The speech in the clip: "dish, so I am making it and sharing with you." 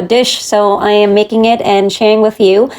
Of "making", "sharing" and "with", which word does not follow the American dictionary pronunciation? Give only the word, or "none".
none